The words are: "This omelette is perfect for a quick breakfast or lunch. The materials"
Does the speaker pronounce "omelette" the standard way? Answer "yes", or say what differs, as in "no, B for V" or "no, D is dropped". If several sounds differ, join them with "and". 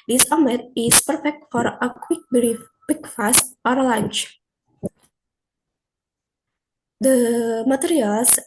no, L is dropped